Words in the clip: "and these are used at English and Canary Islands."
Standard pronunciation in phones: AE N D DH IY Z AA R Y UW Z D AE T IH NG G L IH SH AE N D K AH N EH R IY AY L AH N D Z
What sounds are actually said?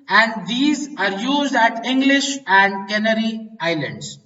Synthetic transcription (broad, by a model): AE N D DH IY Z AA R Y UW Z D AE T IH NG G L IH SH AE N D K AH N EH R IY AY L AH N D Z